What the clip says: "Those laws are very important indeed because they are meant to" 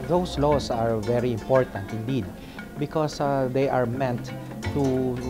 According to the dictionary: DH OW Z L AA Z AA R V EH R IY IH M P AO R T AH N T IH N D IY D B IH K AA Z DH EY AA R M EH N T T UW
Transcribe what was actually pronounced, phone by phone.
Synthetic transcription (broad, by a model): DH OW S L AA S AA R V EH R IY IH M P AO R T AH N T IH N D IY D B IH K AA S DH EY AA R M EH N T T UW